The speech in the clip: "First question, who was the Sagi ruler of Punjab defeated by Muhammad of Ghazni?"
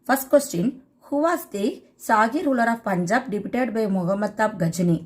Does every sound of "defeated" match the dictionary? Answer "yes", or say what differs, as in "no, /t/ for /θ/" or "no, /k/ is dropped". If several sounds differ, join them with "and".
no, /p/ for /f/